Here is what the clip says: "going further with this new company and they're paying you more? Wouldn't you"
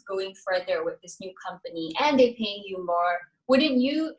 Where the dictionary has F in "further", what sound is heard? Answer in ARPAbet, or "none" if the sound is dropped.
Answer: F